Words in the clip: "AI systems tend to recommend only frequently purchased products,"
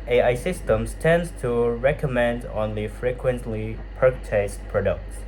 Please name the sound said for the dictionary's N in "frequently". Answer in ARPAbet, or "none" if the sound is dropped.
N